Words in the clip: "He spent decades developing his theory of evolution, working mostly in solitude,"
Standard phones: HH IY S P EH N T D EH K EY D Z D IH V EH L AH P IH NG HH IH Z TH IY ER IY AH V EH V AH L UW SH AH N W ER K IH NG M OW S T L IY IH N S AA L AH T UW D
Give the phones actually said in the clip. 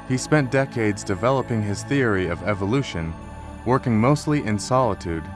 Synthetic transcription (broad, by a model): HH IY S P EH N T D EH K EY D Z D IH V EH L AH P IH NG IH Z TH IY ER IY AH V EH V AH L UW SH AH N W ER K IH NG M OW S T L IY IH N S AA L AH T UW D